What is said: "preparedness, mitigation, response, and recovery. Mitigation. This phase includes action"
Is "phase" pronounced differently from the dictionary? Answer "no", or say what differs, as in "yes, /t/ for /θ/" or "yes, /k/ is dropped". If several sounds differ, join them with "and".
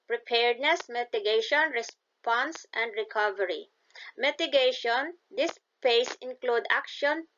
yes, /p/ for /f/ and /s/ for /z/